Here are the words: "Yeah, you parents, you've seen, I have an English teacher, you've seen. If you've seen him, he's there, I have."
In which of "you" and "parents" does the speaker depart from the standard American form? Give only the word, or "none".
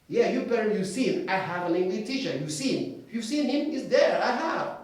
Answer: parents